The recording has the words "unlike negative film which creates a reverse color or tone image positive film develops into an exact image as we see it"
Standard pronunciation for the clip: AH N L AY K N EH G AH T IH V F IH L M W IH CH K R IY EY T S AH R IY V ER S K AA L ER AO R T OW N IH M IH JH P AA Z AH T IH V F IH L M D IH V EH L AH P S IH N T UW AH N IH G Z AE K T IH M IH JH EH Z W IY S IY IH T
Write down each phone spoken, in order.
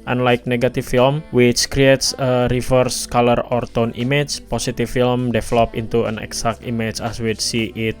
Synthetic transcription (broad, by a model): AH N L AY K N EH G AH T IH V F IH L M W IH CH K R IY EY T S AH R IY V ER S K AA L ER AO R T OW N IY M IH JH P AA S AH T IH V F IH L M D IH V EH L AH P IH N T UW AH N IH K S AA K T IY M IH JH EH S W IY S IY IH T